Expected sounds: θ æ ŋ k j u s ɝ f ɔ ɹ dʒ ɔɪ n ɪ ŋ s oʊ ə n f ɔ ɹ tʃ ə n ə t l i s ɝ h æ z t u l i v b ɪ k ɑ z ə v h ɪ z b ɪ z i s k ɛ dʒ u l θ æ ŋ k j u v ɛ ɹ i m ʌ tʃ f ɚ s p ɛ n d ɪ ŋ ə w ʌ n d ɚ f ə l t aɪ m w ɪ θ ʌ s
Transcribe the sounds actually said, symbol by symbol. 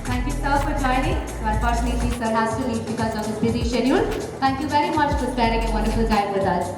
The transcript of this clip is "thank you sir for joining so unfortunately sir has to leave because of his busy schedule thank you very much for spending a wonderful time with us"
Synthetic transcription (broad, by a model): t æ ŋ k j u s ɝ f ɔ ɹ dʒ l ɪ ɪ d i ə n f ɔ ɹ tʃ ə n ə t l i s ɝ h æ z t u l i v b ɪ k ɑ z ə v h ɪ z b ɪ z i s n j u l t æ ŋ k j u v ɛ ɹ i m ʌ tʃ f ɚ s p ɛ d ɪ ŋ ə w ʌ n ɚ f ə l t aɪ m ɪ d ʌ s